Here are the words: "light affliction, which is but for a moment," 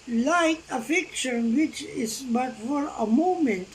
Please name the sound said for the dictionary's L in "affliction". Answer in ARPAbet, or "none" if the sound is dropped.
none